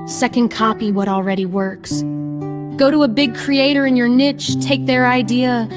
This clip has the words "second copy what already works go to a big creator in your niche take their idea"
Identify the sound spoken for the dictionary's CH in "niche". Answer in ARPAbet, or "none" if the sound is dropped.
CH